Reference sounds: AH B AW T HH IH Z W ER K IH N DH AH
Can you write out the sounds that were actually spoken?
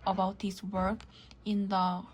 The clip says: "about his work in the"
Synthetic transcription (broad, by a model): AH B AW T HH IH S W ER K IH N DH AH